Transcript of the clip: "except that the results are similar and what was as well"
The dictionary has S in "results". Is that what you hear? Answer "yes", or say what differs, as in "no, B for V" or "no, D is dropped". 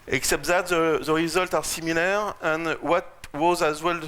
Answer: no, S is dropped